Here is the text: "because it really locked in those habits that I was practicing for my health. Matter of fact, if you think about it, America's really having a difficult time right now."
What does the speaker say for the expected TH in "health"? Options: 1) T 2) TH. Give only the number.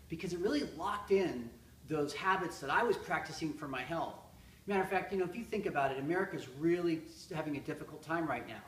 2